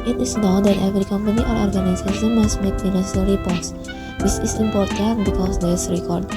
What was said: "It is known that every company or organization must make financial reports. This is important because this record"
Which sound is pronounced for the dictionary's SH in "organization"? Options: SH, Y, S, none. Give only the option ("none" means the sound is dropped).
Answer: S